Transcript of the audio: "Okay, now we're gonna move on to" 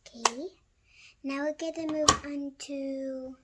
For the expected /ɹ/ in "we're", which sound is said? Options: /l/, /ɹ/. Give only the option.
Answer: /l/